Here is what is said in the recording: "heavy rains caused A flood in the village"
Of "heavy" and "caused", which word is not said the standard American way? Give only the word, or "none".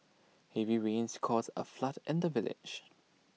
caused